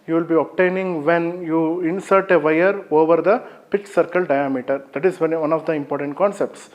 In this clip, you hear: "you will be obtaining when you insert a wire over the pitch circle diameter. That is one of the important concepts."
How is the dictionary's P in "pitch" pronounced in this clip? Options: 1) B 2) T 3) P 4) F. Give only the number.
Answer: 3